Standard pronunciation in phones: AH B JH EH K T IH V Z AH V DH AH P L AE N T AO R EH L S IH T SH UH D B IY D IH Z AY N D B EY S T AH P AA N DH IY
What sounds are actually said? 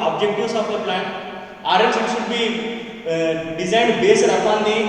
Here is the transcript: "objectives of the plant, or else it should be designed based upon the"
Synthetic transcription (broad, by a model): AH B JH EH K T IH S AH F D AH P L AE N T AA R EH N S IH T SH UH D B IY D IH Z AY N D B EY S T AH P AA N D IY